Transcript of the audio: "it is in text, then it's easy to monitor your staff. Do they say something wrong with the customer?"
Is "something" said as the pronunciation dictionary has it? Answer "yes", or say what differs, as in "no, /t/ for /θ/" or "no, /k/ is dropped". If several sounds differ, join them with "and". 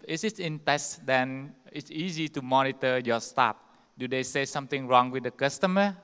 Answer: no, /t/ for /θ/